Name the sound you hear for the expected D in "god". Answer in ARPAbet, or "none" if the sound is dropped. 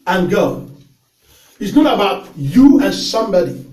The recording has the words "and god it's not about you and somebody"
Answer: none